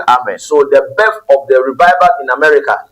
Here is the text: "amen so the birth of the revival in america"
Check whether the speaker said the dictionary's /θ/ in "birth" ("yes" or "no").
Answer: no